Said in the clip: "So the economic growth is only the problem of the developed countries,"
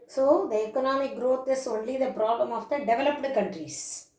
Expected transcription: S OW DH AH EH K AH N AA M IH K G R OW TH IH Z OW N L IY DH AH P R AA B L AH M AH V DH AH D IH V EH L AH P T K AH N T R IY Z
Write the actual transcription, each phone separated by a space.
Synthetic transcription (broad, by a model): S OW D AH EH K AH N AA M IH K G R OW T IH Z OW N L IY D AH P R AA B L AH M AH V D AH D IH V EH L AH P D K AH N T R IY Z